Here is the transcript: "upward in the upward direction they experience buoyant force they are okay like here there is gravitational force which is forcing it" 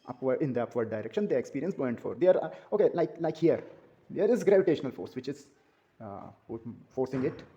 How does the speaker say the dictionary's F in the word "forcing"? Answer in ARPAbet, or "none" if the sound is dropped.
F